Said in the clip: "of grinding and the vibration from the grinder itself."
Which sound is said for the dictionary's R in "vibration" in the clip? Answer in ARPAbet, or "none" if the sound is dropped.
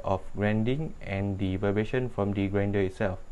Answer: none